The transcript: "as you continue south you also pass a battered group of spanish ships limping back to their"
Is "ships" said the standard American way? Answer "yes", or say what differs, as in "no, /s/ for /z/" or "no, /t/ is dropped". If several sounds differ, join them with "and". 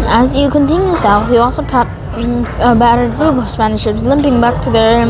yes